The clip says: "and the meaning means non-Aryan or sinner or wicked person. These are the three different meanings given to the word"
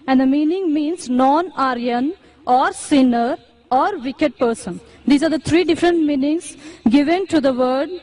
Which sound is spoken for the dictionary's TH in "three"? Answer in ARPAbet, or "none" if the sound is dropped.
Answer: T